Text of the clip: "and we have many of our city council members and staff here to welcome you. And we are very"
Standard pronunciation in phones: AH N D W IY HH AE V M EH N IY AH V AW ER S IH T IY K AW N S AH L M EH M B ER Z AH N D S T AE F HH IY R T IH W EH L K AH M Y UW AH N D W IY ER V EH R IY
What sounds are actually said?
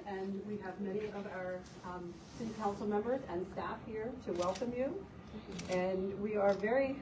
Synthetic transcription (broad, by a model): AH N W IY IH V M EH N IY AH V AW ER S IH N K AW N S L M EH M B ER Z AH N S T AE F HH IY R T IH W EH L K AH M Y UW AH N W IY ER V EH R IY